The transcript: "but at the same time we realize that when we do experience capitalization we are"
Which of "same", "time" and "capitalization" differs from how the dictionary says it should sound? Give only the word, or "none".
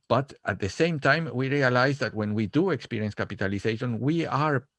capitalization